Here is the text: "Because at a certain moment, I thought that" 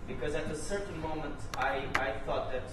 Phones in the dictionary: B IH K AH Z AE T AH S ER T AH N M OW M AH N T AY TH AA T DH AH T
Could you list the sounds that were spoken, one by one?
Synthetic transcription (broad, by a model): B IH K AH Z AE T AH S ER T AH N M OW M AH N T AY TH AA T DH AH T